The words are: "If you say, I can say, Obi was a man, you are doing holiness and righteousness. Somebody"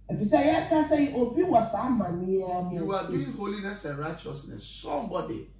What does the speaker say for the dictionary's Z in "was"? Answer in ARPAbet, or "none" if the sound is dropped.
S